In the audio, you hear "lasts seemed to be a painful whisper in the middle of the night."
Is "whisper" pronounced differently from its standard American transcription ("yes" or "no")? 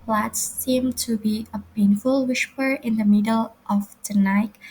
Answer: yes